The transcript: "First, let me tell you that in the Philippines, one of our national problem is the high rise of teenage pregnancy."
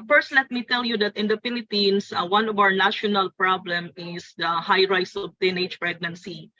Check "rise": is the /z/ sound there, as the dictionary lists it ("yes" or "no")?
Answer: no